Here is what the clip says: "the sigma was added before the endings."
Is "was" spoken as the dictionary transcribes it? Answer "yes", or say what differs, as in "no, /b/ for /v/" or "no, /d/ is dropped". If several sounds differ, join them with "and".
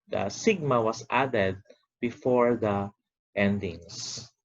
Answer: no, /s/ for /z/